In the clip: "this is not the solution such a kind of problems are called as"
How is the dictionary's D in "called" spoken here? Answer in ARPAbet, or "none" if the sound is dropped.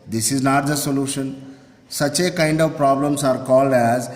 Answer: D